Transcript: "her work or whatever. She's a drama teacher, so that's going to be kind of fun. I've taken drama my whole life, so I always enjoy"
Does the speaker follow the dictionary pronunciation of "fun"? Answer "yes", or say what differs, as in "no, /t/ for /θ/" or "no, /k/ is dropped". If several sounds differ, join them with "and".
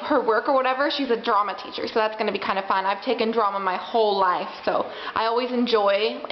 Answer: yes